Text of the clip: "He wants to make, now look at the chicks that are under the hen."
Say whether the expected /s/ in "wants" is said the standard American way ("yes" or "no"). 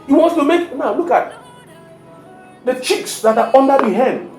no